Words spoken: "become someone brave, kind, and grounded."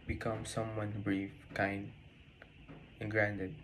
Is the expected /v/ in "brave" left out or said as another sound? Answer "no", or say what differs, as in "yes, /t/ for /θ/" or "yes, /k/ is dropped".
yes, /f/ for /v/